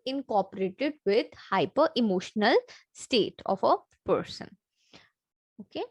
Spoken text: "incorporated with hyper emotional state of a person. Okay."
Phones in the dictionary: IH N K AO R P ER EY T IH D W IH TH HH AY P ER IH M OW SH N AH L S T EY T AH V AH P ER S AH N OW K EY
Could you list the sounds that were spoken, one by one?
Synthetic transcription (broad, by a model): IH N K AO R P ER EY T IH D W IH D HH AY P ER IH M OW SH N AH L S T EY T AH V AH P ER S AH N OW K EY